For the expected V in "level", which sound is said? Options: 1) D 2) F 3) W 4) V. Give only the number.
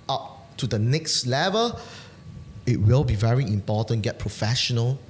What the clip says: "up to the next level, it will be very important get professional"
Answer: 4